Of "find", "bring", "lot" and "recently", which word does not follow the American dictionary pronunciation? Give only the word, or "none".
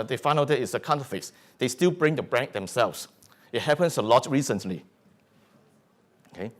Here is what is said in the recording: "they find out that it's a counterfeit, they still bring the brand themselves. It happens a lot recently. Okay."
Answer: find